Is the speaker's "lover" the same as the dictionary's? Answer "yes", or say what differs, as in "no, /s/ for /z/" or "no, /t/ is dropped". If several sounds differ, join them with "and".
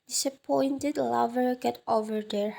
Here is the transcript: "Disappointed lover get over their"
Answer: yes